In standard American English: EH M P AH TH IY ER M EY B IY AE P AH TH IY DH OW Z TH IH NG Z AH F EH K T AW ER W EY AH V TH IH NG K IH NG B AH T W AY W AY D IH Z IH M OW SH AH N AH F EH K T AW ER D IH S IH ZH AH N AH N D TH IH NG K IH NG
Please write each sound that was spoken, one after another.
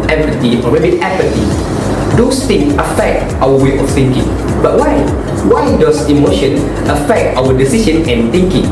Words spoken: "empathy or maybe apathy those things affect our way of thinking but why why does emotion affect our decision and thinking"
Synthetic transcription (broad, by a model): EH M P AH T IY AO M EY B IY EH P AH T IY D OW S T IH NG AH F EH K T AW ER W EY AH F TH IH NG K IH NG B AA T W AY W AY D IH S IH M OW SH AH N AH F EH K T AW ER D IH S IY SH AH N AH N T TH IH NG K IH NG